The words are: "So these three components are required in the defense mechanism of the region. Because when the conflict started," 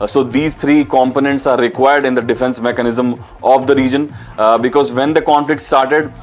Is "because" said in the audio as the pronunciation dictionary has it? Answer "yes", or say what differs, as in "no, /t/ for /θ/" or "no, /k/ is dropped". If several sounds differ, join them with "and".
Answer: yes